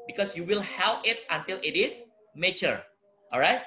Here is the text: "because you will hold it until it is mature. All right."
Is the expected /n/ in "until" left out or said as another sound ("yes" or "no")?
no